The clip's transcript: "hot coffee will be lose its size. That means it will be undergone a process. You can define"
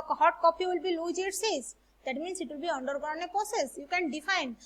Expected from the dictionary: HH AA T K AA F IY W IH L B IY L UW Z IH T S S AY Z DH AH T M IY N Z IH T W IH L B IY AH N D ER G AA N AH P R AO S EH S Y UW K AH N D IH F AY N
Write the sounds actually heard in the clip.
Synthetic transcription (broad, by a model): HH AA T K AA P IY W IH L B IY L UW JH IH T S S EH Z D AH T M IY N S IH T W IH L B IY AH N D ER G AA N AH P R AO S EH S Y UW K AH N D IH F AY N